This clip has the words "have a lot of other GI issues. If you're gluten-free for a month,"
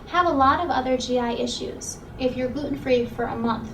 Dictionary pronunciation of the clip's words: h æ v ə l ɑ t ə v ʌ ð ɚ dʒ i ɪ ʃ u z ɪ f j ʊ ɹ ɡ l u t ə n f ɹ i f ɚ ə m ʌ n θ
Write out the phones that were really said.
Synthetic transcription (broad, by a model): h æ v ə l ɑ t ə v ʌ ð ɚ dʒ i ɪ ʃ u z ɪ f j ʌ ɹ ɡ u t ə n f ɹ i f ɚ ə m ʌ n θ